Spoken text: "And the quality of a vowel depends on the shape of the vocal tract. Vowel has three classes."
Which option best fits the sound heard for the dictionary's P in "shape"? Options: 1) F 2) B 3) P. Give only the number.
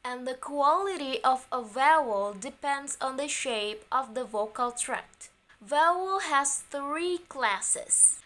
3